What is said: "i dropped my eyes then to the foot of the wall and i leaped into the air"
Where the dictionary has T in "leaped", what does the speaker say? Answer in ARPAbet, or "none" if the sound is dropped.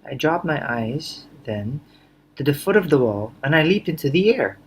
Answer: T